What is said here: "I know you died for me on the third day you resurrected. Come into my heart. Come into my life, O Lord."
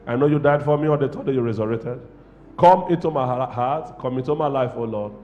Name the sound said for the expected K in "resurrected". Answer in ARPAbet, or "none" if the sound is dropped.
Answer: none